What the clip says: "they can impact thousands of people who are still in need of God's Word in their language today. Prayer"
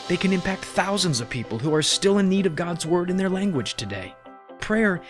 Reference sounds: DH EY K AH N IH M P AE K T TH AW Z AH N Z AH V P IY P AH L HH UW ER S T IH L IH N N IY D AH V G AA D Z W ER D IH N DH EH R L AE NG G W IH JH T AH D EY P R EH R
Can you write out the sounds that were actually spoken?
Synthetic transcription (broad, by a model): DH EY K AH N IH M P AE K T TH AW Z AH N Z AH V P IY P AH L HH UW ER S T IH L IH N N IY D AH V G AA D Z W ER D IH N DH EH R L AE NG G W IH JH T AH D EY P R EH R